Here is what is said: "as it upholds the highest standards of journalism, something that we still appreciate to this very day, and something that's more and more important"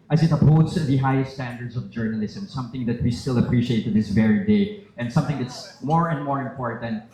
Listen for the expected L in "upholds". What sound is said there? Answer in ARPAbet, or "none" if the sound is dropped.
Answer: none